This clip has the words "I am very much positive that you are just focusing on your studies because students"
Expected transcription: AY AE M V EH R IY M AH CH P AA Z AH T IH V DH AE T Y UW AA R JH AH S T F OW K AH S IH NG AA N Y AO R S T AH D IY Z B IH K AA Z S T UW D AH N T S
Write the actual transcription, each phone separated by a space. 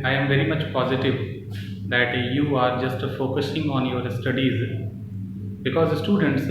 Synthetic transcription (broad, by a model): AY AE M V EH R IY M AH CH P AA Z AH T IH V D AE T Y UW AA R JH AH S T F OW K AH S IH NG AA N Y AO R S T AH D IY Z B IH K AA Z S T UW D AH N T S